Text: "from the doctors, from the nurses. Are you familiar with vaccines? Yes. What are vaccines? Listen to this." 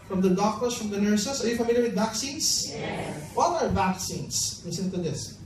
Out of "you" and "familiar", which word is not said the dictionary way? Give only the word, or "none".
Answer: none